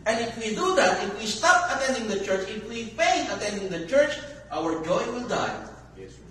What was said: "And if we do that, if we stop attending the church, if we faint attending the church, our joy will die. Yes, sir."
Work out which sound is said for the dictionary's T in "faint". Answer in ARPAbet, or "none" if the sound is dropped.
none